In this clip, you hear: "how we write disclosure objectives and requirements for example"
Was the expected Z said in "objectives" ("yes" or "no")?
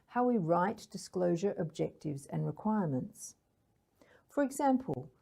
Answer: yes